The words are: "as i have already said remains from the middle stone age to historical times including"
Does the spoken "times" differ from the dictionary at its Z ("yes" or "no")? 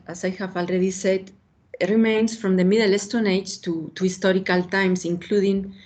yes